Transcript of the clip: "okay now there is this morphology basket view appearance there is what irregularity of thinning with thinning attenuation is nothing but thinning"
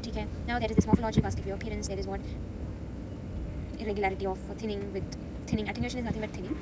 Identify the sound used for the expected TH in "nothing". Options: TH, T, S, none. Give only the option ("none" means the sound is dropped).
T